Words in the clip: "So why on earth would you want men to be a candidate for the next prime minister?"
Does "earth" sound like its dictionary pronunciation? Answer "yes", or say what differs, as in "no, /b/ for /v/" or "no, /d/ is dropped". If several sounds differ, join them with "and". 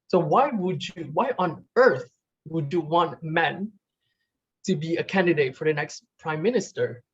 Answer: yes